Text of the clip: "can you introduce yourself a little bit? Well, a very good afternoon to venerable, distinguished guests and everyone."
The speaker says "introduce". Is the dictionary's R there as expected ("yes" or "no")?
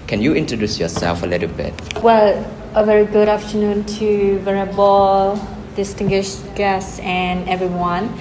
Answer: yes